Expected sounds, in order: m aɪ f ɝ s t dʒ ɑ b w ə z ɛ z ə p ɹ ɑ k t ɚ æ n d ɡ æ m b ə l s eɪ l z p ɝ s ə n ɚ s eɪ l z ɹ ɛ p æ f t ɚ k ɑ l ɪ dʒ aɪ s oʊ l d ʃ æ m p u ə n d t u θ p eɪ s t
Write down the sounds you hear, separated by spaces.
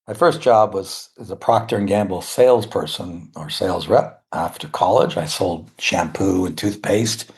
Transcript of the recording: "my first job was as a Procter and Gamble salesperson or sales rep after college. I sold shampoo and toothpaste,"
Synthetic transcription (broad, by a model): m aɪ f ɝ s dʒ ɑ b w ə z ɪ z ə p ɹ ɑ k t ɚ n ɡ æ m b l s eɪ l z p ɝ s ə n ɚ s eɪ l z ɹ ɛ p æ f t ɚ k ɑ l ɪ dʒ aɪ s oʊ l d ʃ æ m p u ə n t u θ p eɪ s t